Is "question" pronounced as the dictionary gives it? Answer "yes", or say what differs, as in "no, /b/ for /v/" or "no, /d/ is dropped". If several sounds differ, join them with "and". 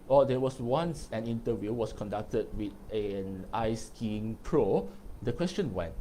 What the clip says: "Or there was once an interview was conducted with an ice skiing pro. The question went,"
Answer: yes